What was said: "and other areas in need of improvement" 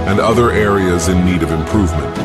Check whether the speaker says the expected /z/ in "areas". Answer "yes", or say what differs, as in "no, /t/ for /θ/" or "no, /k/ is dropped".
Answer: yes